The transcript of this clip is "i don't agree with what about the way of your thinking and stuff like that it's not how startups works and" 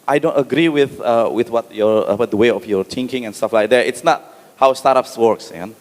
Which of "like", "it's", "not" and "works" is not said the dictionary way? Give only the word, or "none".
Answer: none